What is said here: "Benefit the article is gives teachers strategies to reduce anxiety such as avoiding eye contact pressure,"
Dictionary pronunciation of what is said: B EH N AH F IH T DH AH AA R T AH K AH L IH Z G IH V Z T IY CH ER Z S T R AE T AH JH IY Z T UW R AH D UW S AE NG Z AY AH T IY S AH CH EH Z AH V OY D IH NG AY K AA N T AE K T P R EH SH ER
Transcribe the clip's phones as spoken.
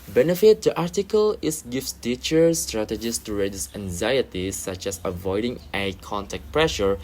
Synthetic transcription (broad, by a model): B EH N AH F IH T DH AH AA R T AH K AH L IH S G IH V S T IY CH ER S T R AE T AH JH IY S T UW R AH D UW S AE NG Z AY AH T IY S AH CH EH S AH V OY D IH NG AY K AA N T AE K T P R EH SH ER